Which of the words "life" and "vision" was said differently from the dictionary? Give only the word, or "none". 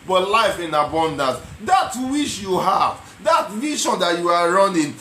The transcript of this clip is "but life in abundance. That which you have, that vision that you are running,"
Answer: vision